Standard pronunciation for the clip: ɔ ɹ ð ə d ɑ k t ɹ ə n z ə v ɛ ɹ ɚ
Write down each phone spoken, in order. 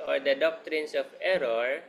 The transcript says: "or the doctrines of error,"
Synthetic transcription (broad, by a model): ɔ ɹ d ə d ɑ k t ɹ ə n s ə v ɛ ɹ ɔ